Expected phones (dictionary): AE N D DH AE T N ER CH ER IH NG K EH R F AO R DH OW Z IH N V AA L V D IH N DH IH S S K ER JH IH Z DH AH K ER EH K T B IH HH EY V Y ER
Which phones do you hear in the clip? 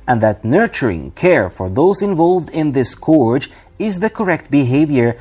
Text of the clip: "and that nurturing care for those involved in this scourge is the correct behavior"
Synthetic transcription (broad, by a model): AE N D DH AE T N ER CH ER IH NG K EH R F AO R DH OW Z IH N V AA L V D IH N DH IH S S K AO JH IH Z DH AH K ER EH K T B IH HH EY V Y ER